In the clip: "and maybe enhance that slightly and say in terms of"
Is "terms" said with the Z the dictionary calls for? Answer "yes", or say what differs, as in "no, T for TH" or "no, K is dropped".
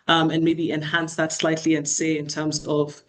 yes